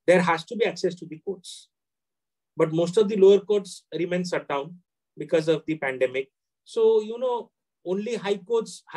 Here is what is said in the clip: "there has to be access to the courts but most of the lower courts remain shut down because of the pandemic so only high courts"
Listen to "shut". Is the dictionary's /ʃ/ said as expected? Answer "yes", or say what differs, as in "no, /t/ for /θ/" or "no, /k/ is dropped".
no, /s/ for /ʃ/